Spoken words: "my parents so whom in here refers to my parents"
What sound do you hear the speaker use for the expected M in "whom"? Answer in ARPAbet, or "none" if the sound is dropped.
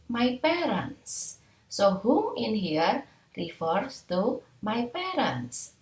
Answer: none